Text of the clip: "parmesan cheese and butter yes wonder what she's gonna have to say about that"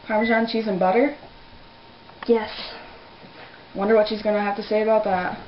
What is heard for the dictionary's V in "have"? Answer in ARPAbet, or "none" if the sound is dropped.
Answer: F